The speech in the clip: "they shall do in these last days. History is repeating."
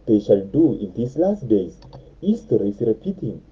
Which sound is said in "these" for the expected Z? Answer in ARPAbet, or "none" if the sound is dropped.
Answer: S